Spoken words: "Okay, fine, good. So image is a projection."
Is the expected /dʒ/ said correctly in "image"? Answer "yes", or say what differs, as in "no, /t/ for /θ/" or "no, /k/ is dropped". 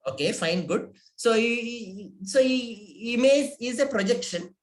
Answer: no, /z/ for /dʒ/